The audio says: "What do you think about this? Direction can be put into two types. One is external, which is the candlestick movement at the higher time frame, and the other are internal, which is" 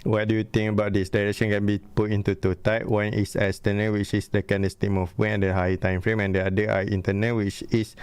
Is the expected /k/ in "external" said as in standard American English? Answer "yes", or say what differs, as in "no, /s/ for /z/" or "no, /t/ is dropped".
no, /k/ is dropped